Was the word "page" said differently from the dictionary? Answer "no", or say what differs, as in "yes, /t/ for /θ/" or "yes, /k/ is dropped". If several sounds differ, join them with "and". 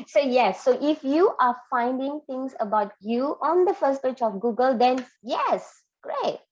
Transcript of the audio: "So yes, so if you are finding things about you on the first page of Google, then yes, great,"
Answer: yes, /tʃ/ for /dʒ/